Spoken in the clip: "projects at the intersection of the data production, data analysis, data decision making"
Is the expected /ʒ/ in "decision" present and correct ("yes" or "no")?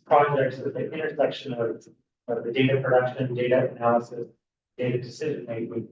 yes